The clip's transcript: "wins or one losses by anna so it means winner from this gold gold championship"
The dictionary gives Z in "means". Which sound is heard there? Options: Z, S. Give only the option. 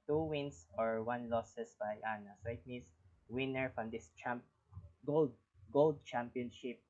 S